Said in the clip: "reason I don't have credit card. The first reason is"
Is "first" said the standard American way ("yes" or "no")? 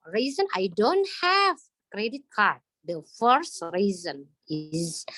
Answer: yes